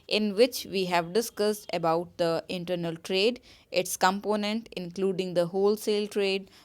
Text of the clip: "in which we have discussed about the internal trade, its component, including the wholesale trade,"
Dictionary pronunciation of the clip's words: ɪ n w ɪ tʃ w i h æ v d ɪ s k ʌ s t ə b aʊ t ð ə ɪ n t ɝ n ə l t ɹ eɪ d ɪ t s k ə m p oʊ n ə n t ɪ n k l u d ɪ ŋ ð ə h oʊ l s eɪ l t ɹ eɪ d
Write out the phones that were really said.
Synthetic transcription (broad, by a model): ɪ n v ɪ tʃ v i h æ v d ɪ s k ʌ s t ə b aʊ t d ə ɪ n t ɝ n ə l t ɹ eɪ d ɪ t s k ə m p oʊ n ə n t ɪ n k l u d ɪ ŋ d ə h oʊ l s eɪ l t ɹ eɪ d